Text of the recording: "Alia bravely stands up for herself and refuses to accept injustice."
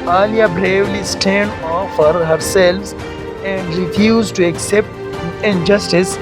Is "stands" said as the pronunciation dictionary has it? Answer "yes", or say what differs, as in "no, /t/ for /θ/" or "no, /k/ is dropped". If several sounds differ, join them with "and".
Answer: no, /z/ is dropped